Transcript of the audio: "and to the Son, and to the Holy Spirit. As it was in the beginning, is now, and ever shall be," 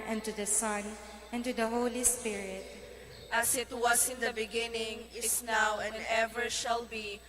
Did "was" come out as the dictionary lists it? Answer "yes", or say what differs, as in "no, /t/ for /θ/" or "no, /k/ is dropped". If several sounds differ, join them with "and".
no, /s/ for /z/